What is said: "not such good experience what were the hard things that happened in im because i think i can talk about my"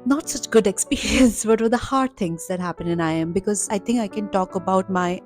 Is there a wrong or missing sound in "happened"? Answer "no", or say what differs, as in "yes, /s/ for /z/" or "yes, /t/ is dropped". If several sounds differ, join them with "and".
yes, /d/ is dropped